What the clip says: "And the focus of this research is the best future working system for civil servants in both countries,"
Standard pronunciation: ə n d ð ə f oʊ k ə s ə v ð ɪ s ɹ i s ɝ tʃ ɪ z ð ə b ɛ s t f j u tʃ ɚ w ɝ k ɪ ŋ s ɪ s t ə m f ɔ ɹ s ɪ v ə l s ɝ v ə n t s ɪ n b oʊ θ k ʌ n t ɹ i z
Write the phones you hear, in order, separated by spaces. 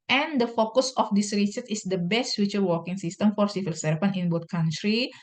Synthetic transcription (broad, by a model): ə n d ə f oʊ k ə s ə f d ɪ s ɹ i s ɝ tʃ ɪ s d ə b ɛ s t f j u tʃ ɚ w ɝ k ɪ ŋ s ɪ s t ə m f ɔ ɹ s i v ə l s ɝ f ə n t ɪ n b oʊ t k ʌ n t ɹ i